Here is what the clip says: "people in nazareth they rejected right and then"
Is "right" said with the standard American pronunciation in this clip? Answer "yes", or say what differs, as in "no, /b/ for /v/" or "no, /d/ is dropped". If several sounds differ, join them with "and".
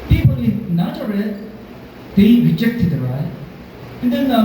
no, /t/ is dropped